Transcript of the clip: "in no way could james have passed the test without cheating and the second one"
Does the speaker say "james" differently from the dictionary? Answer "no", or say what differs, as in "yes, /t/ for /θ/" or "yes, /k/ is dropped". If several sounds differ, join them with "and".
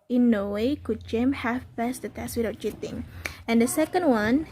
yes, /z/ is dropped